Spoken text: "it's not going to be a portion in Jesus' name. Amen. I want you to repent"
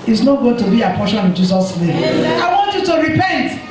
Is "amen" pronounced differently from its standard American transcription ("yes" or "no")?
yes